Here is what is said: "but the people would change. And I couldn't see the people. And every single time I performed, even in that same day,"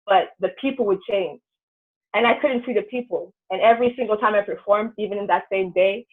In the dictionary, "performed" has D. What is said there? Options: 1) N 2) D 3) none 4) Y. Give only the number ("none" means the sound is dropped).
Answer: 2